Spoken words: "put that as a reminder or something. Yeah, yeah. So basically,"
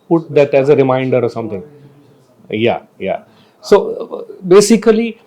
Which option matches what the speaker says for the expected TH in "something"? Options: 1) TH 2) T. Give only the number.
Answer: 2